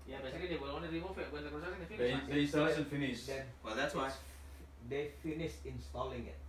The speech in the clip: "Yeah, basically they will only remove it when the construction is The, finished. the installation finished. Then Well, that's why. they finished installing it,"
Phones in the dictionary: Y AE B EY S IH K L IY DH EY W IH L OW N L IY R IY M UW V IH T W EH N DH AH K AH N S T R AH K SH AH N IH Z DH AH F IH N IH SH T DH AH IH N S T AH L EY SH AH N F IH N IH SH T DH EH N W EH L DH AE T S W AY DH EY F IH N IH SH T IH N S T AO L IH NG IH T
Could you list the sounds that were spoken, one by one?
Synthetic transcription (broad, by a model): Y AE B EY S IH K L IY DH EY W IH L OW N IY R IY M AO F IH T W EH N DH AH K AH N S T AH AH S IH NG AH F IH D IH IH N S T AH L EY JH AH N F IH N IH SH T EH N W EH L DH AE T S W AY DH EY F IH N IH SH T IH N S T AO L IH NG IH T